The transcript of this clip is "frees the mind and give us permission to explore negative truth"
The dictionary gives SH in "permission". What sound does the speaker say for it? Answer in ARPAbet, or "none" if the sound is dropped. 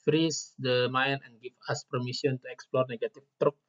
S